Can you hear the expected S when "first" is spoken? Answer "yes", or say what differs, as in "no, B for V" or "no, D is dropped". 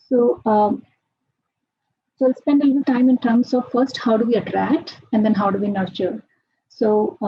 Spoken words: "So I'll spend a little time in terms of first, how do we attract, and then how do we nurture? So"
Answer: yes